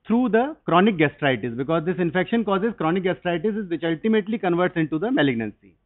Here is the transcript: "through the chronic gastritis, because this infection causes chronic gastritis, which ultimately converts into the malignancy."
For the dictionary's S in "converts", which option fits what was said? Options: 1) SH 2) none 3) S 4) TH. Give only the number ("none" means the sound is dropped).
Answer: 3